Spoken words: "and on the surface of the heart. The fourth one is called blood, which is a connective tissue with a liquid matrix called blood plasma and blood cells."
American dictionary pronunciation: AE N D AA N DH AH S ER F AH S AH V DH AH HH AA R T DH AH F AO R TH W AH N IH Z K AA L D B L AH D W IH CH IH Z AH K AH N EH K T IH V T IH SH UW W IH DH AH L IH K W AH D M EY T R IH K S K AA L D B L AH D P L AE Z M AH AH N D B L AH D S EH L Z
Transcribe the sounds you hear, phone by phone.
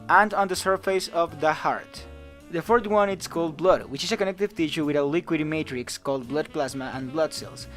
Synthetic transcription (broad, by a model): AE N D AA N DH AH S ER F AH S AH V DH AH HH AA R T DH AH F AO R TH W AH N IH S K AA L D B L AH D W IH CH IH S AH K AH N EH K T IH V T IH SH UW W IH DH AH L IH K W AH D M EY T R IH K S K AA L D B L AH D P L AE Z M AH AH N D B L AH D S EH L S